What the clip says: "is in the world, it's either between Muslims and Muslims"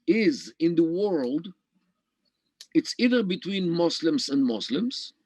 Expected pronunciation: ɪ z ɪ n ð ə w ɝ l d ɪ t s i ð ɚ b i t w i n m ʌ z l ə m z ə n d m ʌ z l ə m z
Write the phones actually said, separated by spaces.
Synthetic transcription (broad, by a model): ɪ z ɪ n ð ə w ɝ l d ɪ t s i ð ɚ b i t w i n m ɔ s l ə m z ə n d m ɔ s l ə m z